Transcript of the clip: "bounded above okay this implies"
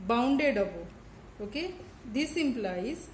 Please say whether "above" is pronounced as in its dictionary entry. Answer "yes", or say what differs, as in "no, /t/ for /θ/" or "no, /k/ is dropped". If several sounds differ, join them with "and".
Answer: no, /v/ is dropped